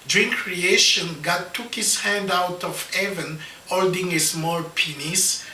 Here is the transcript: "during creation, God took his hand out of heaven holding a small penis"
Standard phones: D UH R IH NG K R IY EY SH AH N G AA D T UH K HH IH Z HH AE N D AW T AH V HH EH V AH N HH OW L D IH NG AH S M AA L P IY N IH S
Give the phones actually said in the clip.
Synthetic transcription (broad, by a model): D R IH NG K R IY EY SH AH N G AA D T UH K HH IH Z HH AE N D AW T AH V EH V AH N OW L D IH NG AH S M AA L P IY N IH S